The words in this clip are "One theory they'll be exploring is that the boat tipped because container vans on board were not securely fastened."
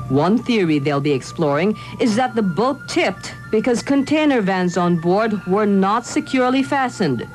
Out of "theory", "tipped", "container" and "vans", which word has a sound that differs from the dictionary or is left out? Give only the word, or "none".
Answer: none